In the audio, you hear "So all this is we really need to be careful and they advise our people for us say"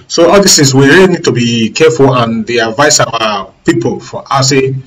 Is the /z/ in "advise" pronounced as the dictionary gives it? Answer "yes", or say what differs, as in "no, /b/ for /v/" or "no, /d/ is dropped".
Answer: no, /s/ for /z/